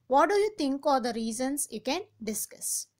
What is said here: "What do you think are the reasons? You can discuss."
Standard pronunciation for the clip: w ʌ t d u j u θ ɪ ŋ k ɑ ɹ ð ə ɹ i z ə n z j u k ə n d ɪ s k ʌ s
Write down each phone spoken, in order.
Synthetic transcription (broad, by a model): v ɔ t d u j u t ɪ ŋ k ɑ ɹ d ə ɹ i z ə n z j u k ə n d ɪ s k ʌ s